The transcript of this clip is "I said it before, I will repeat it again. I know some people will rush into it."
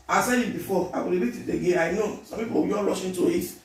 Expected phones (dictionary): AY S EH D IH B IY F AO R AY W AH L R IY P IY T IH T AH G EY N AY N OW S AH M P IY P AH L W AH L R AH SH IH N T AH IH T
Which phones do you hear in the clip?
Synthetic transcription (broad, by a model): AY S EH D IH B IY F AO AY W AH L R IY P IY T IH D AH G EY AY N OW S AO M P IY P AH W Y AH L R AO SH IH N T AH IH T